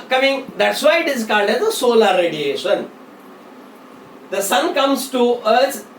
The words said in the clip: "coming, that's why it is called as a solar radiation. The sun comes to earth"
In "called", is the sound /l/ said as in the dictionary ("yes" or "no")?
no